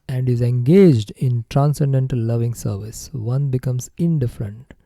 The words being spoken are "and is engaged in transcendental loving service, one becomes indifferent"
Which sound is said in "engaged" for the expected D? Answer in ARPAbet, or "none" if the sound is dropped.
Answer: D